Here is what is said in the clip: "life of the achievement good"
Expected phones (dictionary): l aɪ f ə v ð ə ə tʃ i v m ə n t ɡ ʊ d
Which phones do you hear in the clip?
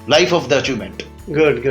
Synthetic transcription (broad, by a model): l aɪ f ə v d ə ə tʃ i m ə n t ɡ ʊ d